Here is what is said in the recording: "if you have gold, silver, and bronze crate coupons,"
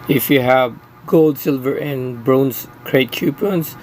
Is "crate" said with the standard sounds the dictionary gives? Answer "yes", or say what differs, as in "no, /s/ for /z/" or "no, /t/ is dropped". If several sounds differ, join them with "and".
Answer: yes